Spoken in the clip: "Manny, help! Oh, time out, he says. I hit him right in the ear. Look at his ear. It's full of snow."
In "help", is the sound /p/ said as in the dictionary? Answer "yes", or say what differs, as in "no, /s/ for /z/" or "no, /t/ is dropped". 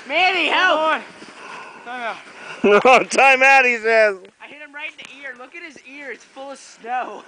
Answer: no, /p/ is dropped